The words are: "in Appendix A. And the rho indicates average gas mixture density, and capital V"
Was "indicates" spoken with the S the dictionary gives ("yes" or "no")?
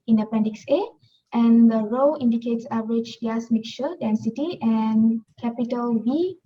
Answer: yes